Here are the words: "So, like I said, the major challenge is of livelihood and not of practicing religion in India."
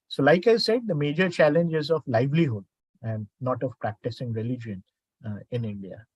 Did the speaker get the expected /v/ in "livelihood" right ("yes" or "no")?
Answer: yes